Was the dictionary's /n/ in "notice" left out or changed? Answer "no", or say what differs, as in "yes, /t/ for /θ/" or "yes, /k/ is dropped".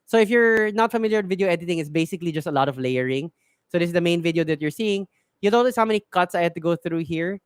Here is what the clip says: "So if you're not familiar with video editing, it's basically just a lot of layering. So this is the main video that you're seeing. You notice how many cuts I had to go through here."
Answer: yes, /l/ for /n/